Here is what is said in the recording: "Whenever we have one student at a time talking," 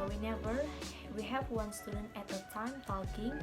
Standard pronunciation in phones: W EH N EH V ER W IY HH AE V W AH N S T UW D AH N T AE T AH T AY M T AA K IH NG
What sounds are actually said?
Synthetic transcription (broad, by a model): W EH N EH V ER W IY HH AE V W AH N S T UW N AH T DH AH T AY M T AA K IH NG